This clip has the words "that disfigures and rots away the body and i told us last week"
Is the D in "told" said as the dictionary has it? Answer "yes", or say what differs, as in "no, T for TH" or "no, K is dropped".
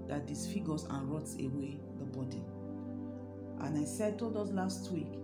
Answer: yes